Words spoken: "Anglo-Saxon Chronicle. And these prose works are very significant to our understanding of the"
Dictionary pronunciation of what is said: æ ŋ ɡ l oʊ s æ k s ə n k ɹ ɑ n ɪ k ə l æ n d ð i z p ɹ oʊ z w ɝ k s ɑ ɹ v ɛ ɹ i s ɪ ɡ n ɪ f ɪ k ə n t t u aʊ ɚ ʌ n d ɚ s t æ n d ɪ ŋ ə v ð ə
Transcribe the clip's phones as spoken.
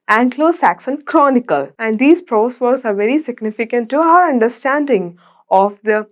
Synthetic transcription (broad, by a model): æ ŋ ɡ l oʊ s æ k s ə n k ɹ ɑ n ɪ k ə l æ n d i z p ɹ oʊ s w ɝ s ɑ ɹ v ɛ ɹ i s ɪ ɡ n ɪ f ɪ k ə n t t u aʊ ɚ ʌ n d ɚ s t æ n d ɪ ŋ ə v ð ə